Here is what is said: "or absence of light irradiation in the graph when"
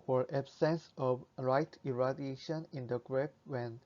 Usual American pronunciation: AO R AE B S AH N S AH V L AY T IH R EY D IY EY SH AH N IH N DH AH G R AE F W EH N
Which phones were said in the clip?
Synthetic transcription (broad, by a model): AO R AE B S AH N S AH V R AY T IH R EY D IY EY SH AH N IH N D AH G R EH P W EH N